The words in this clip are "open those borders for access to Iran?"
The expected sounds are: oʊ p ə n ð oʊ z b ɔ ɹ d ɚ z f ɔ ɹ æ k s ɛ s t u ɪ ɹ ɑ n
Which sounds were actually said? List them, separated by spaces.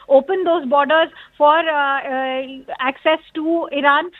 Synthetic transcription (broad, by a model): oʊ p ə n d oʊ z b ɔ ɹ d ɚ z f ɔ ɹ æ k s ɛ s t u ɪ ɹ ɑ n